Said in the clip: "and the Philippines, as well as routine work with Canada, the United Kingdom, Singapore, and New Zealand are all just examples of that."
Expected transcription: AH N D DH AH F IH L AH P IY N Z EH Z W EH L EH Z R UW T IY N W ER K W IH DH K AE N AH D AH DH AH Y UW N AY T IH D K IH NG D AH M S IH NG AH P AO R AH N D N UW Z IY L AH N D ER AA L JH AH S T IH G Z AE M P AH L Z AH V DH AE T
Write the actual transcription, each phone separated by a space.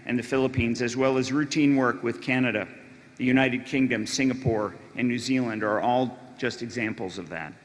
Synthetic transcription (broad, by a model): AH N DH AH F IH L AH P IY N Z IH Z W EH L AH Z R UW T IY N W ER K W IH DH K AE N AH D AH DH AH Y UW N AY T IH D K IH NG D AH M S IH NG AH P AO R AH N N UW Z IY L AH N D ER AA L JH AH S T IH G Z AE M P L Z AH V DH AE T